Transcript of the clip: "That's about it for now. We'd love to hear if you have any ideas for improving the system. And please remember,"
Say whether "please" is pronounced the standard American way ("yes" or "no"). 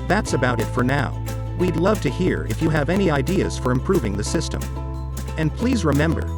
yes